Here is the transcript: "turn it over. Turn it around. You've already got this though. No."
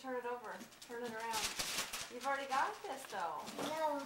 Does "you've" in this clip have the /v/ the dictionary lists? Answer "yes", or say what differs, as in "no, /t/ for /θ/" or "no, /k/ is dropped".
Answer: yes